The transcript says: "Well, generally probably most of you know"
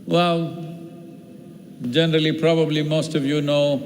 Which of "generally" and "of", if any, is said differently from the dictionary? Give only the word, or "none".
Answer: none